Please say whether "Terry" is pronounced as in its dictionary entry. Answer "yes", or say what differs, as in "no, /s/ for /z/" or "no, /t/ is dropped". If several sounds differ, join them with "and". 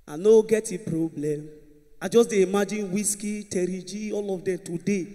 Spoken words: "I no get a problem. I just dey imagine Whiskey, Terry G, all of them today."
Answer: yes